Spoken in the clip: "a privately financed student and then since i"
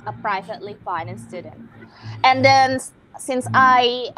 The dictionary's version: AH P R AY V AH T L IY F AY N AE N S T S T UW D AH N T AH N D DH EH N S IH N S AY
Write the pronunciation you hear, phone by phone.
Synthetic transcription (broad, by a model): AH P R AY V AH T L IY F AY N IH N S S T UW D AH N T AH N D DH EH N S IH N S AY